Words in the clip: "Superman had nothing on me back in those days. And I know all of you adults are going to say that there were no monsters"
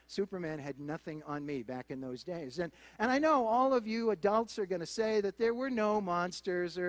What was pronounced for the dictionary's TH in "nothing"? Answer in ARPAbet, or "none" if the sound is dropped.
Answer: TH